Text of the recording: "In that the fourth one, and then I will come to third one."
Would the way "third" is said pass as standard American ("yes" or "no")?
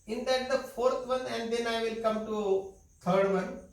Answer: no